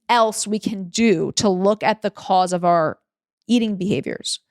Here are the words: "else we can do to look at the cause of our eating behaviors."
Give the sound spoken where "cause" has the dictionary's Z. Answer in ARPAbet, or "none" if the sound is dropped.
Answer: Z